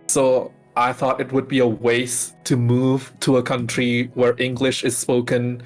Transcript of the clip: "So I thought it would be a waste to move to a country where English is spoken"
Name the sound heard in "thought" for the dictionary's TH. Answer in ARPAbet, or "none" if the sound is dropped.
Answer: TH